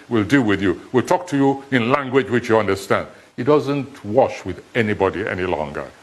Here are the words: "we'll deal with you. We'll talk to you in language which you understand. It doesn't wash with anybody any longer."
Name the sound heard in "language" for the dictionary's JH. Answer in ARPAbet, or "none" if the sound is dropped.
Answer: JH